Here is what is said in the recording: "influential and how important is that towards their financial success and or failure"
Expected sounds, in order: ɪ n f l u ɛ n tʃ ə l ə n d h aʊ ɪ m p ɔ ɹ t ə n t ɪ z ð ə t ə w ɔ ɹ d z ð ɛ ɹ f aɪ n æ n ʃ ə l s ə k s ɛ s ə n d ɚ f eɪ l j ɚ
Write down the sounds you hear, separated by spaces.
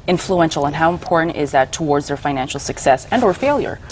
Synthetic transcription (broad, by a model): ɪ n f l u ɛ n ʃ l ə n h aʊ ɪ m p ɔ ɹ t n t ɪ z ð ə t ə w ɔ ɹ d z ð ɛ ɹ f aɪ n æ n ʃ l s ə k s ɛ s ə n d ɚ f eɪ l j ɚ